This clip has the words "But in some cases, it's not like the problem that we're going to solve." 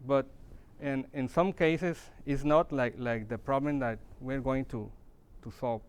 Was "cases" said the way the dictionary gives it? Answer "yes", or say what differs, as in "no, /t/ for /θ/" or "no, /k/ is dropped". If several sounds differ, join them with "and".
no, /s/ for /z/